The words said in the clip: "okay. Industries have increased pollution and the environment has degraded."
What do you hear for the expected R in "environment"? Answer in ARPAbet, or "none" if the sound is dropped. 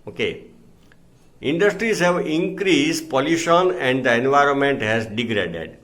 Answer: R